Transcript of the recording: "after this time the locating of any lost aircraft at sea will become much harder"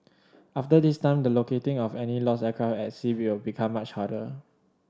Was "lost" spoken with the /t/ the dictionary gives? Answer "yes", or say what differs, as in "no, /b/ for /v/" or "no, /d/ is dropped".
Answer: no, /t/ is dropped